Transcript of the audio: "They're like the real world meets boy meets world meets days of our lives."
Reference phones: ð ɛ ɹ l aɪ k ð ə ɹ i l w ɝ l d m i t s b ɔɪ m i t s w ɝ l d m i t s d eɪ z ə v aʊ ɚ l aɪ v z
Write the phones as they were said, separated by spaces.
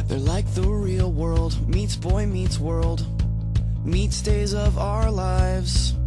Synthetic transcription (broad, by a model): ð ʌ ɹ l aɪ k ð ə ɹ i l w ɝ l d m i t s b ɔɪ m i t s w ɝ l d m i t s d eɪ z ə v aʊ ɚ l aɪ v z